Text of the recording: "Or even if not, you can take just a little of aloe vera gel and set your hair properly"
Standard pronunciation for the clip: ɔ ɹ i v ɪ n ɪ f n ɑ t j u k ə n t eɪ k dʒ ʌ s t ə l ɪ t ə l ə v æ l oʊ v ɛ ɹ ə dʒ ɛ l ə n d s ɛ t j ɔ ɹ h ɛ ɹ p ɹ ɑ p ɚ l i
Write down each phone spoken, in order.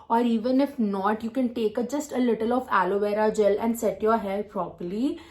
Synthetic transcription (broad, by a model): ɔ ɹ i v ɪ n ɪ f n ɑ t j u k ə n t eɪ k dʒ ʌ s t ə l ɪ t ə l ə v æ l oʊ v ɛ ɹ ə dʒ ɛ l ə n d s ɛ t j ɔ ɹ h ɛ l p ɹ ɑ p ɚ l i